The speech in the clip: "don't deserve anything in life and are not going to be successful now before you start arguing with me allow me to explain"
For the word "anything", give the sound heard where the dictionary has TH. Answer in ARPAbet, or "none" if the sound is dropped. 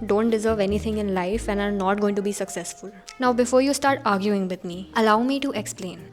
T